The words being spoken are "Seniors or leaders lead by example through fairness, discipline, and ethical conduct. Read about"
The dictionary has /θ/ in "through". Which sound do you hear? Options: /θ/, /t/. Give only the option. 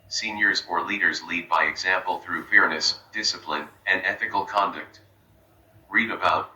/θ/